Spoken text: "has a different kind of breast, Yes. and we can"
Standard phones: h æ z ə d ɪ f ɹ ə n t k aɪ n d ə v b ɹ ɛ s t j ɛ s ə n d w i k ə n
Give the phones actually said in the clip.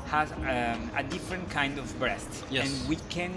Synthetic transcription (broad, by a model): h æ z ə d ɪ f ɹ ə n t k aɪ n d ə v b ɹ ɛ s t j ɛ ə n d w i k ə n